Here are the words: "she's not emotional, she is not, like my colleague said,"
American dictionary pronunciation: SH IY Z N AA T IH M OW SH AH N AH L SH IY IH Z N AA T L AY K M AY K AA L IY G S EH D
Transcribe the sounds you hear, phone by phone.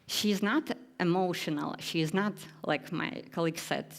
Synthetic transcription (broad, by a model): SH IY Z N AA T IH M OW SH AH N AH L SH IY IH Z N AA T L AY K M AY K AA L IY G S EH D